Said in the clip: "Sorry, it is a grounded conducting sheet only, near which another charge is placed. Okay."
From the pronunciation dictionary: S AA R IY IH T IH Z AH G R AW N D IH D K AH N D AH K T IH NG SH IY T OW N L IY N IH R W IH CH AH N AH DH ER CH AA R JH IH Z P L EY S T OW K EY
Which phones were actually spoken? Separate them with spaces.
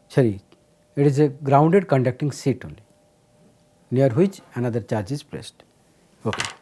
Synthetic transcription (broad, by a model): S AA R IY IH T IH Z AH G R AW N D IH D K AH N D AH K T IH NG S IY T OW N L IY N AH R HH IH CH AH N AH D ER CH AA R JH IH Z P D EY S T OW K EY